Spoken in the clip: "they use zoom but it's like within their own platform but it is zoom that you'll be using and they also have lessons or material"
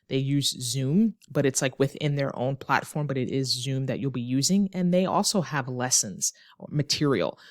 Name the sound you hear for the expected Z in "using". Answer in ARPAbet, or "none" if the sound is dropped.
Z